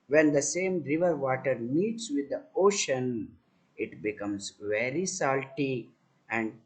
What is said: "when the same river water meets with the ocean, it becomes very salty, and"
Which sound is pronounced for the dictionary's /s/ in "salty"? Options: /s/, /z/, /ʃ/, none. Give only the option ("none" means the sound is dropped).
/s/